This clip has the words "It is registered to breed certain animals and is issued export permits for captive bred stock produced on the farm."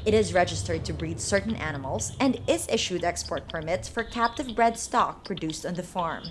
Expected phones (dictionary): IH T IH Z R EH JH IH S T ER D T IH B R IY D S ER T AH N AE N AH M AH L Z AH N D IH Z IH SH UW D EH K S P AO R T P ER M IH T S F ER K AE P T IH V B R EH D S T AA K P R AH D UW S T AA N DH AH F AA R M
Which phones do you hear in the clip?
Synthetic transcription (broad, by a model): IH T IH Z R EH JH IH S T ER D T IH B R IY D S ER T N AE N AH M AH L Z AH N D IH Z IH SH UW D EH K S P AO R T P ER M IH T S F ER K AE P T IH V B R EH D S T AA K P R AH D UW S T N DH AH F AA R M